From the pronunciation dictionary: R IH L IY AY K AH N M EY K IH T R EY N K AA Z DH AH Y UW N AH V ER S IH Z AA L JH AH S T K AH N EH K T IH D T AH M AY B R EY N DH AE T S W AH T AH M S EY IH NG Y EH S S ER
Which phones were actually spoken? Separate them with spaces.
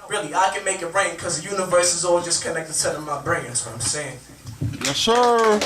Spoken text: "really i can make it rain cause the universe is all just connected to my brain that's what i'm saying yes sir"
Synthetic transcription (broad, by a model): R IH L IY AY K AH N M EY K IH T R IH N K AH Z DH AH Y UW N AH V ER S IH Z AA L JH AH S K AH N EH K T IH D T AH M AY B R EY N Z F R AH AH M S EY IH NG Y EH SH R